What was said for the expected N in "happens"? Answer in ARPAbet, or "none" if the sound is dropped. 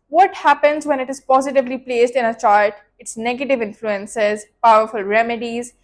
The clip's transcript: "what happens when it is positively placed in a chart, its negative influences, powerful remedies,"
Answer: N